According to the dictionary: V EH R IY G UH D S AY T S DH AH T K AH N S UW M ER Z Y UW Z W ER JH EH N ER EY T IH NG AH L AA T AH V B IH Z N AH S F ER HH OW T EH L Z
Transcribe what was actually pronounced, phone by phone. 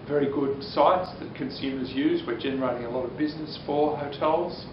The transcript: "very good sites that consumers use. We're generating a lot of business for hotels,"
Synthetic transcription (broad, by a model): V EH R IY G UH D S AY T S DH AH T K AH N S UW M ER Z Y UW Z W ER JH EH N ER EY T IH NG AH L AA T AH V B IH Z N AH S F ER HH OW T EH L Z